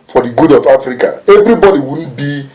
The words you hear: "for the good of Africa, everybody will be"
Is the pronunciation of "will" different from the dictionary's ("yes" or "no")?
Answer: yes